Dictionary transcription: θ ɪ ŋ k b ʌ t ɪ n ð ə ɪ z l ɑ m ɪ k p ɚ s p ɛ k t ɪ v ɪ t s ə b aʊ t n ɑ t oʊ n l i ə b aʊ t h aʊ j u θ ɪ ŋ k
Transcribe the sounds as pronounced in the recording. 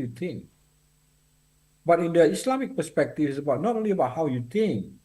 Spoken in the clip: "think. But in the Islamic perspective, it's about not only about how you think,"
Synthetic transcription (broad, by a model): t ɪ ŋ k b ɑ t ɪ n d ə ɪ s l ɑ m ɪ k p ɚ s p ɛ k t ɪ f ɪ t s ə b aʊ t n ɑ t oʊ n l i ə b aʊ t h aʊ j u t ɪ ŋ k